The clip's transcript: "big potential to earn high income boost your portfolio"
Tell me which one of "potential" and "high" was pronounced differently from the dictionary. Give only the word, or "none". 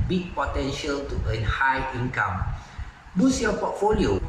none